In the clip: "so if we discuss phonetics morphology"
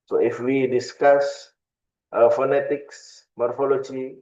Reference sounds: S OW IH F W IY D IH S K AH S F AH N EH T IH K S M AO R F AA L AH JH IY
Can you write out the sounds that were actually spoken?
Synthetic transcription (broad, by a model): S OW IH F W IY D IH S K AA S F AH N EH T IH K S M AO R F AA L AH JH IY